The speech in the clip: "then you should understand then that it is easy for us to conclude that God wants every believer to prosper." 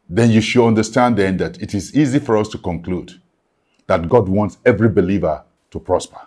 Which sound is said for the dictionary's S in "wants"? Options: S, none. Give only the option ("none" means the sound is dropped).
S